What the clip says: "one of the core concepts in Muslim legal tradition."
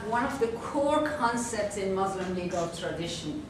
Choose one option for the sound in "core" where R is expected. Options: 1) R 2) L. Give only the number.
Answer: 1